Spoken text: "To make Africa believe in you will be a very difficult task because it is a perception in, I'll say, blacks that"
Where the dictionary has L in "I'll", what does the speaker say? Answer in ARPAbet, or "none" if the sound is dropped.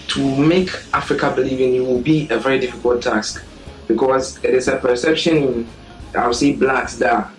W